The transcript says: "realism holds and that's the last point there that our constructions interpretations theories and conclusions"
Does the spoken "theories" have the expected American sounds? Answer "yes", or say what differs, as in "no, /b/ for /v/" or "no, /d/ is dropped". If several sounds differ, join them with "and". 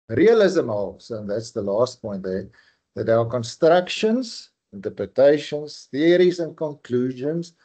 yes